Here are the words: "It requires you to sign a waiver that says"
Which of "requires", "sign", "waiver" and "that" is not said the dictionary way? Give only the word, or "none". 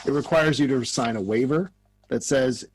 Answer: none